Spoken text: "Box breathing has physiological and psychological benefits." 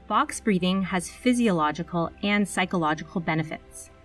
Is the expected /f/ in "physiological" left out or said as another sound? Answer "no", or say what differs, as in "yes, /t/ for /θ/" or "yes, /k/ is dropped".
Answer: no